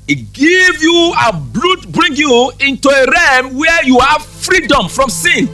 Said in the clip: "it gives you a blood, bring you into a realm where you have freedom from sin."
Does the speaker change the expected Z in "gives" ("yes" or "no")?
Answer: yes